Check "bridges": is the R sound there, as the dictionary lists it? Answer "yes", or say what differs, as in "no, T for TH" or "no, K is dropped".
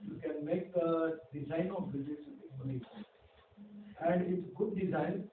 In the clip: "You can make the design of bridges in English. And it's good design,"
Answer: no, R is dropped